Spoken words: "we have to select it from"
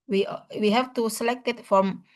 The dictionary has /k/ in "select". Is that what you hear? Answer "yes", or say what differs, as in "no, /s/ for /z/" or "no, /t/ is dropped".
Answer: yes